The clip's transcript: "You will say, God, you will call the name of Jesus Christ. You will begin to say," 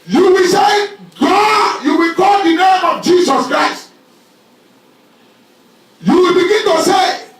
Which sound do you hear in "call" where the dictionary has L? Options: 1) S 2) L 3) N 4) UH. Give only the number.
3